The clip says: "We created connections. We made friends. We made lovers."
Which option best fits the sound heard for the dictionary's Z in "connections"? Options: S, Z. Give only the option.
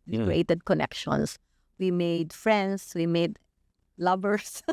S